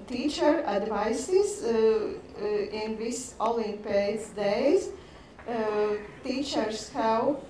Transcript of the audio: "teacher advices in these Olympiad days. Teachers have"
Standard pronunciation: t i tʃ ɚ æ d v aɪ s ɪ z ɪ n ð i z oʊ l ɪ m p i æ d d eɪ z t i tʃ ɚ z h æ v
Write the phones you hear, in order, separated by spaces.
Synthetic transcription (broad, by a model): t i tʃ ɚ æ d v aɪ s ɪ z ɪ n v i s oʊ l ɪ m p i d d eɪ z t i tʃ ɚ s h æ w